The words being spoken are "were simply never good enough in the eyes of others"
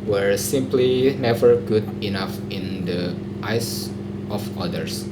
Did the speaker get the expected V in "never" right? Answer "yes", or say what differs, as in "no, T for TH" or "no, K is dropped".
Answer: yes